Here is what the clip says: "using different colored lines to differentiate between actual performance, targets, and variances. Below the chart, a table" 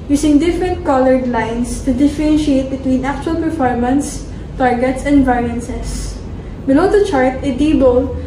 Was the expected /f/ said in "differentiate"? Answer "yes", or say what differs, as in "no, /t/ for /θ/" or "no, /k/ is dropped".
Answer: yes